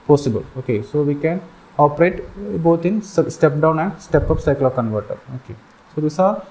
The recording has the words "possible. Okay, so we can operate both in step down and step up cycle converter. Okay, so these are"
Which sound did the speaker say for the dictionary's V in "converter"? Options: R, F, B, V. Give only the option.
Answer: V